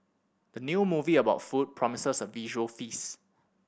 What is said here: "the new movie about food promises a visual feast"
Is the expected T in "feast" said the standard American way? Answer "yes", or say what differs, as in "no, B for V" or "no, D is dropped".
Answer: no, T is dropped